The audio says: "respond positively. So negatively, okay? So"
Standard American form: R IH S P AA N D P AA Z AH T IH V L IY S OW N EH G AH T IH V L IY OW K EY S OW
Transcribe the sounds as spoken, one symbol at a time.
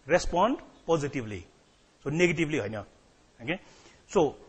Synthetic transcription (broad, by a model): R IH S P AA N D P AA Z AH T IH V L IY S OW N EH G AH T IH B L IY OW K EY S OW